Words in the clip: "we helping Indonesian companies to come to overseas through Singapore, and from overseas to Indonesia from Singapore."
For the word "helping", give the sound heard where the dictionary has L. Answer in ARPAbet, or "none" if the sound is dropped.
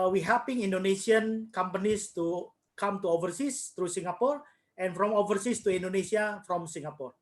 none